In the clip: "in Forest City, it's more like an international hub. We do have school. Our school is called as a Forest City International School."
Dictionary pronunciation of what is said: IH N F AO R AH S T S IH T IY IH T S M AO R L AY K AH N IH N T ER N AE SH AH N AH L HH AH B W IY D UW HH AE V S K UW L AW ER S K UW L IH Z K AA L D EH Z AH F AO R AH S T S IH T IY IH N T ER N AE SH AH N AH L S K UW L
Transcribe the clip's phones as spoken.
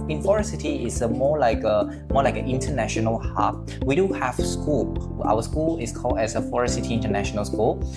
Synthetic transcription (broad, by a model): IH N F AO R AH S T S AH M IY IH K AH M AO L AY K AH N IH N T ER N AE SH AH N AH L HH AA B W IY D UW HH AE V S K UW L AW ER S K UW L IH S K AA L D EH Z AH F AO R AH S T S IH T IY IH N T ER N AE SH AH N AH L S K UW L